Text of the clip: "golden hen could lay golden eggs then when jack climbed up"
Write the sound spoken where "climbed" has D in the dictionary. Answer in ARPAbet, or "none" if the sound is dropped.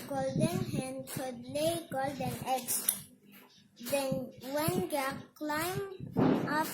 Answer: none